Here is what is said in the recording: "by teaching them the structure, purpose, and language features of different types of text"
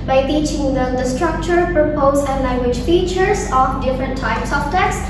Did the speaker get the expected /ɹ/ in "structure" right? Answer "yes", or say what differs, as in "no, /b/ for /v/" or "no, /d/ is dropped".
yes